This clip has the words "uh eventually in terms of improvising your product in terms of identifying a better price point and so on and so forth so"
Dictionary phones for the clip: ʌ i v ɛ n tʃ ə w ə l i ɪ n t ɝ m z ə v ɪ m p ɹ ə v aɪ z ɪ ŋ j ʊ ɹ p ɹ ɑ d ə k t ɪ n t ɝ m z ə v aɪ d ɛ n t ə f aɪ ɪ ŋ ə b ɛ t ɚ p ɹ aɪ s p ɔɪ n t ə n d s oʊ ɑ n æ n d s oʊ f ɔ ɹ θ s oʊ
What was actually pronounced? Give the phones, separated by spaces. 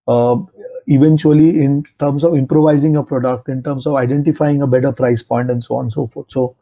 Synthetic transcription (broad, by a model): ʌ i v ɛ n tʃ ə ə l i ɪ n t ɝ m s ə v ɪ m p ɹ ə v aɪ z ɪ ŋ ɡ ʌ p ɹ ɑ d ə k t ɪ n t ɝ m s ə v aɪ d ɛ n t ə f aɪ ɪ ŋ ə b ɛ t ɚ p ɹ aɪ s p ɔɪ n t ə n d s oʊ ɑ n n s oʊ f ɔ ɹ t s oʊ